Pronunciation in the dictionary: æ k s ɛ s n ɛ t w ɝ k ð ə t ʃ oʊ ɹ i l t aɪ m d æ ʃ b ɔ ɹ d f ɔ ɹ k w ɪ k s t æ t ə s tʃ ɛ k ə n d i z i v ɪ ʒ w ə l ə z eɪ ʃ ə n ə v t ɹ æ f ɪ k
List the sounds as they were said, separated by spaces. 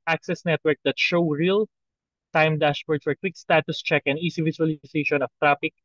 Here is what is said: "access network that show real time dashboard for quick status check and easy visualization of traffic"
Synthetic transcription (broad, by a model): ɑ k s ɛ s n ɛ t w ɝ k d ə t ʃ oʊ ɹ i l t aɪ m d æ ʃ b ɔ ɹ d f ɔ ɹ k w ɪ k s t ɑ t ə s tʃ ɛ k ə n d i s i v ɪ s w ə l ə s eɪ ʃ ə n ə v t ɹ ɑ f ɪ k